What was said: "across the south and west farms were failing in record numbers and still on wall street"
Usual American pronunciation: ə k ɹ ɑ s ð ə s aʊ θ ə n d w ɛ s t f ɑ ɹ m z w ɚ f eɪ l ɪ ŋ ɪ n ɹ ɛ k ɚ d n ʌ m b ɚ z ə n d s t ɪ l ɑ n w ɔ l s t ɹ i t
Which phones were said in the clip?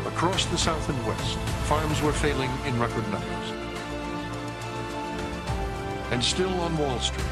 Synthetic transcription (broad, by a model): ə k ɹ ɑ s ð ə s aʊ θ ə n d w ɛ s t f ɑ ɹ m z w ɚ f eɪ l ɪ ŋ ɪ n ɹ ɛ k ɚ d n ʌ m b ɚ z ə n s t ɪ l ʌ n w ɔ l s t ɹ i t